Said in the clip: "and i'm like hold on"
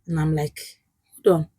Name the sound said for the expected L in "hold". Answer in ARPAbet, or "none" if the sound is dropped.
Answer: none